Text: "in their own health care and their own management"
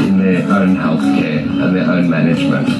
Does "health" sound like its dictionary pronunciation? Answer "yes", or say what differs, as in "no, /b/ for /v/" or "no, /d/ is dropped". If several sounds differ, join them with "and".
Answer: yes